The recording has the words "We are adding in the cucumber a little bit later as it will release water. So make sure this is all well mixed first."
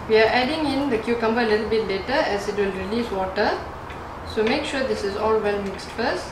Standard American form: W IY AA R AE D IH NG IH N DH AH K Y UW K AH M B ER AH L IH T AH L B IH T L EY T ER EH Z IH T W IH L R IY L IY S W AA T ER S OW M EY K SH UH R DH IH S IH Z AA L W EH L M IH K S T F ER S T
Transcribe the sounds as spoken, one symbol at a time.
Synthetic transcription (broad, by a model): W IY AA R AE D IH NG IH N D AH K Y UW K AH M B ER AH L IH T L B IH T L EY T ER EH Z IH T W IH L R IY L IY S W AA T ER S OW M EY K SH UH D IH S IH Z AA L W EH L M IH K S T F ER S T